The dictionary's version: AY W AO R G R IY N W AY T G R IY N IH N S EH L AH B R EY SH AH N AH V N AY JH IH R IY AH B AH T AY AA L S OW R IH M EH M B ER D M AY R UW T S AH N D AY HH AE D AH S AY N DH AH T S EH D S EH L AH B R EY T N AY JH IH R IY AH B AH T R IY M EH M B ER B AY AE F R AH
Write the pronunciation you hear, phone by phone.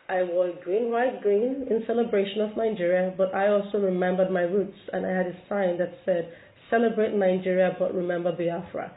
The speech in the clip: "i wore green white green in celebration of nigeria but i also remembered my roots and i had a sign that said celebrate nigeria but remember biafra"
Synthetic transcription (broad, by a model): AY W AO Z G R IY N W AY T G R IY N IH N S EH L AH B R EY SH AH N AH V N AY JH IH R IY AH B AH T AY AA L S OW R IH M EH M B ER D M AY R UW T S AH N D AY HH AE D AH S AY N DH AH T S EH D S EH L AH B R EY T N AY JH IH R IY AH B AH T R IY M EH M B ER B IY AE F R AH